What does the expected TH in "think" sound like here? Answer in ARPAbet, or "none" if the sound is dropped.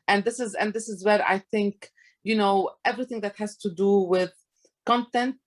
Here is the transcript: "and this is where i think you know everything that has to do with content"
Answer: TH